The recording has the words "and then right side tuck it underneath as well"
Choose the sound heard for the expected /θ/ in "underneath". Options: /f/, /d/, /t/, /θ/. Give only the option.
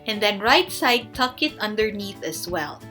/θ/